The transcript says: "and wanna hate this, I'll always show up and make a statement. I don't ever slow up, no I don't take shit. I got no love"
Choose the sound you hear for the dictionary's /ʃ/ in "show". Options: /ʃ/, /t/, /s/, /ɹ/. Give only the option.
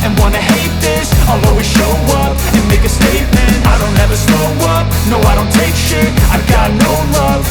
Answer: /ʃ/